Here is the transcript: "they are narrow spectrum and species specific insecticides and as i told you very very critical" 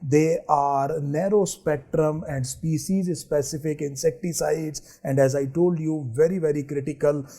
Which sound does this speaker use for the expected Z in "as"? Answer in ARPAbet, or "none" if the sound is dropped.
Z